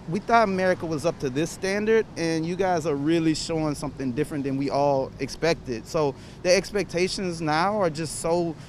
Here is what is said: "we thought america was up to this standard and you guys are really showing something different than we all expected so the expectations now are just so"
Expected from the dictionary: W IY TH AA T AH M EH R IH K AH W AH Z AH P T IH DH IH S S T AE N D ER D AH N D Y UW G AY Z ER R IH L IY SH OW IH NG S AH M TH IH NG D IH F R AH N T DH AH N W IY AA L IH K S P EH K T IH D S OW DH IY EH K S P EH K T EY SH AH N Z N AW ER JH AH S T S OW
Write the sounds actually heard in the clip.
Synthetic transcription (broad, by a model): W IY TH AA T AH M EH R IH K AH W AH Z AH P T IH DH IH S S T AE N D ER D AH N Y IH G AY Z ER R IH L IY SH OW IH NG S AH M TH IH NG D IH F R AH N DH AH N W IY AA L IH K S P EH K T IH D S OW DH IY EH K S P EH K T EY SH AH N Z N AW ER JH AH S T S OW